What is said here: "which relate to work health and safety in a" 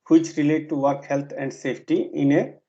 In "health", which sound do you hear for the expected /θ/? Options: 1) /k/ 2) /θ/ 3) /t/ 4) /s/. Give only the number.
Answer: 3